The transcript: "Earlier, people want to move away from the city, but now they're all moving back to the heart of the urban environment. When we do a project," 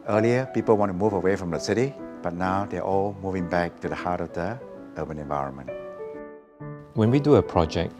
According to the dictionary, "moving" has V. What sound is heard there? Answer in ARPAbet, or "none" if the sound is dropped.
V